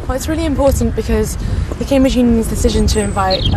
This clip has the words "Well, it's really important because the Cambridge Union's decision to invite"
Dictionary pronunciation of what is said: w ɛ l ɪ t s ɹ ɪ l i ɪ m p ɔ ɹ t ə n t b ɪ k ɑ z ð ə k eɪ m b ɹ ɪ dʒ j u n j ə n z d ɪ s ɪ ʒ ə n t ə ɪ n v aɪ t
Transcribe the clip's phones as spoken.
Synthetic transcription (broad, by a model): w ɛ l ɪ t s ɹ ɪ l i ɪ m p ɔ t n b ɪ k ɑ z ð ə k eɪ m b ɹ ɪ dʒ j u n j ə n z d ɪ s ɪ ʒ ə n t ə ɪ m v aɪ t